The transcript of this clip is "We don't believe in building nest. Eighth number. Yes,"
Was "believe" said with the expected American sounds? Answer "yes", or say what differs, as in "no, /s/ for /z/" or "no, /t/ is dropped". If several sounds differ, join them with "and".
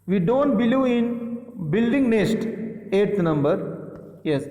no, /v/ is dropped